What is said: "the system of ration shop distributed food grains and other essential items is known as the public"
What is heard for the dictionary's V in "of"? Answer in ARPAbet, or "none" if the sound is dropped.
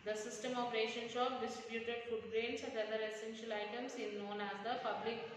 P